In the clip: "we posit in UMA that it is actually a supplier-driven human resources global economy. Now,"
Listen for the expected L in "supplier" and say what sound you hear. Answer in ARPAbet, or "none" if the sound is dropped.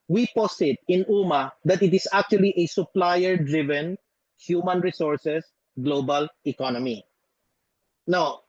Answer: L